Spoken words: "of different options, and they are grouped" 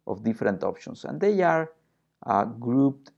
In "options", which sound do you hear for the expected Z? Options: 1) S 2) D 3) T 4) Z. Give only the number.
1